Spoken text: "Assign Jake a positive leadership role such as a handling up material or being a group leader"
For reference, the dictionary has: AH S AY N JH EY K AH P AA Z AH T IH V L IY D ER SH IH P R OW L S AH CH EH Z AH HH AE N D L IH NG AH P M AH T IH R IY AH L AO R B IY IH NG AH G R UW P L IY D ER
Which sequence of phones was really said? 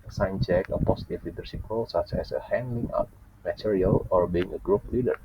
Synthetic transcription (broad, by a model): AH S AY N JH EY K AH P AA S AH T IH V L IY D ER S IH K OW L S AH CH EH S AH HH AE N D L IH NG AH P M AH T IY R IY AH L AO R B IY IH NG AH G R UW P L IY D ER